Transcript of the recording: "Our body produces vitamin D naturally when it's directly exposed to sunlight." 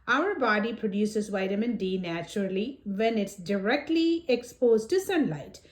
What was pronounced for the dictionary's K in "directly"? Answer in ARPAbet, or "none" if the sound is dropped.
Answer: K